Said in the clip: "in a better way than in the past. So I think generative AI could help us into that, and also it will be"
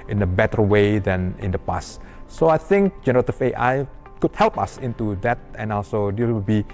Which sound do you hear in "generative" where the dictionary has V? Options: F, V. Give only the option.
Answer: F